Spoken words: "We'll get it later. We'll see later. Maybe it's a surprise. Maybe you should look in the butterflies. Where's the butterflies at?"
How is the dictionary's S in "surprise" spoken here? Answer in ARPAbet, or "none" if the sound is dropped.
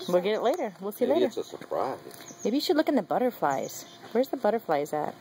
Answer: S